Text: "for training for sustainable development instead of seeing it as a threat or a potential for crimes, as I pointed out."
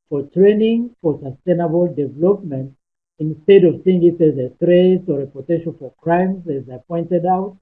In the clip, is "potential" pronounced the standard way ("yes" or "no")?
no